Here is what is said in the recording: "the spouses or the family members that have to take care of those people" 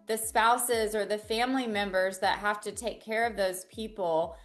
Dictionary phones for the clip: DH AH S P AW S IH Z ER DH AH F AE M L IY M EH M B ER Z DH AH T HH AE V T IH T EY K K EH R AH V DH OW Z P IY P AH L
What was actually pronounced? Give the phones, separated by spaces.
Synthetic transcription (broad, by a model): DH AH S P AW S IH Z ER DH AH F AE M L IY M EH M B ER Z DH AH T HH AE F T IH T EY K K EH R AH V DH OW Z P IY P L